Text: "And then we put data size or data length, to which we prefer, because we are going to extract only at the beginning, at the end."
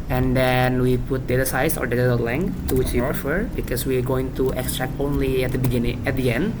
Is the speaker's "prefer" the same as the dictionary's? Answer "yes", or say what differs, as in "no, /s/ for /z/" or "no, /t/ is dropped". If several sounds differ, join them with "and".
yes